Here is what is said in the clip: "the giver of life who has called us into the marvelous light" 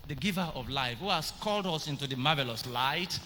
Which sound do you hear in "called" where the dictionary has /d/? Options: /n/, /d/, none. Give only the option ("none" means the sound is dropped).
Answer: /d/